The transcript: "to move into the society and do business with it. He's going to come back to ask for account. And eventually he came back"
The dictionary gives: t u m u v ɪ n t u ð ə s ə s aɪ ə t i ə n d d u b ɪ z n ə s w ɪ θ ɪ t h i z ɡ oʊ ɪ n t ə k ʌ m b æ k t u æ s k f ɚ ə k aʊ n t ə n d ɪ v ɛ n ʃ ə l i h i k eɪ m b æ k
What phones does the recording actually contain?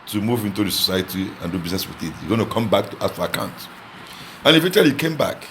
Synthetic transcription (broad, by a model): t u m u v ɪ n t u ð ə s ə s aɪ ə t i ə n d d u b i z n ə s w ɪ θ ɪ t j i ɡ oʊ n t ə k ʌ m b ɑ k t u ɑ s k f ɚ ə k aʊ n t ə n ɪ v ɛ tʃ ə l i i k eɪ m b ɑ k